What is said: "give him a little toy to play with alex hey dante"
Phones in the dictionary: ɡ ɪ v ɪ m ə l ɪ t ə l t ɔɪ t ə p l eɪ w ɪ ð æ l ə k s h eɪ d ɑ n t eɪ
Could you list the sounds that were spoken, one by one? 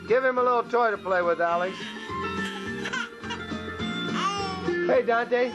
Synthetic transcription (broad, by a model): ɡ ɪ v ɪ m ə l ɪ t l t ɔɪ t ə p l eɪ w ɪ ð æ l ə s h eɪ d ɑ n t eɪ